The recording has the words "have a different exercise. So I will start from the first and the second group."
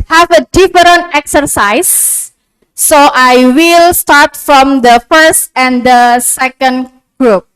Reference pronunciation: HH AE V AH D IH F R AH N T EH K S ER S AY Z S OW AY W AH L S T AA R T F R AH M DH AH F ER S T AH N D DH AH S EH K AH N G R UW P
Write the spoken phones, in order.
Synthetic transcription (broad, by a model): HH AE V AH D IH F R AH N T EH K S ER S AY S OW AY W AH L S T AA R T F R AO M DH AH F ER S T AH N D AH S EH K AH N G R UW P